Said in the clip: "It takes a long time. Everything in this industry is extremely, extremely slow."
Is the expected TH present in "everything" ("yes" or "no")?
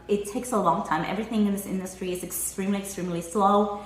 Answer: yes